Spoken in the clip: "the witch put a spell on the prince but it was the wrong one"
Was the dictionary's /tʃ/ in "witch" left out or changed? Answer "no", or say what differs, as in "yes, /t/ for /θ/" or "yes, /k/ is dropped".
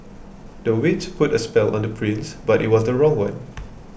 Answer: yes, /s/ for /tʃ/